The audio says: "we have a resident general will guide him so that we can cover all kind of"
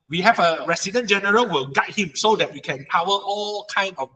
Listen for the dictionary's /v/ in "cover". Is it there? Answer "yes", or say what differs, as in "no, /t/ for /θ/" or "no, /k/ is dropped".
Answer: no, /w/ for /v/